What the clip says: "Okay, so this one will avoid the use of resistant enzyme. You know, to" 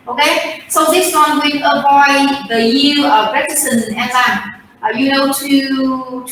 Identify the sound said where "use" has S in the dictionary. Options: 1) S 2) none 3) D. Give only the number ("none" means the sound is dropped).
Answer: 2